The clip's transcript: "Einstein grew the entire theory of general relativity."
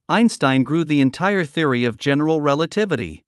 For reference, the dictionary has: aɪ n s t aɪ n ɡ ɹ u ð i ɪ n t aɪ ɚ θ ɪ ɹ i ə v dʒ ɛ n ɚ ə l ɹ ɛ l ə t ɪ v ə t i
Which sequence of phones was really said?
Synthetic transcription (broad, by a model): aɪ n s t aɪ n ɡ ɹ u ð i ɪ n t aɪ ɚ θ ɪ ɹ i ə v dʒ ɛ n ɚ l ɹ ɛ l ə t ɪ v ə t i